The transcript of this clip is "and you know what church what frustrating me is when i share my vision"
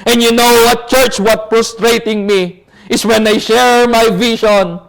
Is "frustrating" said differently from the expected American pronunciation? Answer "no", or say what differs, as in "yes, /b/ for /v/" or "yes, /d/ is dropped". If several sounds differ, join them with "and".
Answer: yes, /p/ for /f/